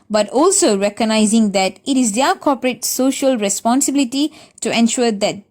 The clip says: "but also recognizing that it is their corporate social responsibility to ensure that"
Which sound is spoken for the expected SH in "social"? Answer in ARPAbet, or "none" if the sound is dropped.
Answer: SH